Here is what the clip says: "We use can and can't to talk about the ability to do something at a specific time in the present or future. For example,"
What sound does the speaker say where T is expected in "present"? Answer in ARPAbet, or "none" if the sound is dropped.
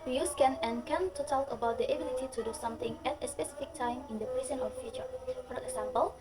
none